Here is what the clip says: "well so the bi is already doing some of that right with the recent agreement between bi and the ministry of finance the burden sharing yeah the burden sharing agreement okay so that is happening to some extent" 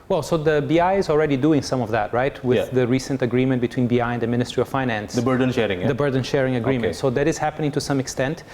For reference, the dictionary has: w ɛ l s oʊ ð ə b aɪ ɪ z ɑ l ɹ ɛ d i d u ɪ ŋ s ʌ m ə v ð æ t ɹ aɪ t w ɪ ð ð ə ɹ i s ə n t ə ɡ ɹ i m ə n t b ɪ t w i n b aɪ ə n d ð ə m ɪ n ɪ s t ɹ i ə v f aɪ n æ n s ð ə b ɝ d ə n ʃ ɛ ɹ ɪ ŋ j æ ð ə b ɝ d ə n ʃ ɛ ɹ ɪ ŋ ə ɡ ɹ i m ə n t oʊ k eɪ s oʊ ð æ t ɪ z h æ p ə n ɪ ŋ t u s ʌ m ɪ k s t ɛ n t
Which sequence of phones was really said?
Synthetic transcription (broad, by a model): w ɛ l s oʊ ð ə b aɪ ɪ z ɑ l ɹ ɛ d i d u ɪ ŋ s ʌ m ə v ð æ t ɹ aɪ t w ɪ ð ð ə ɹ i s ə n t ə ɡ ɹ i m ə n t b ɪ t w i n b aɪ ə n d ð ə m ɪ n ɪ s t ɹ i ə v f aɪ n æ n s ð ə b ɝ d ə n ʃ ɛ ɹ ɪ ŋ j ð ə b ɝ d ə n ʃ ɛ ɹ ɪ ŋ ə ɡ ɹ i m ə n t s oʊ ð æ t ɪ z h æ p ə n ɪ ŋ t u s ʌ m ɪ k s t ɛ n t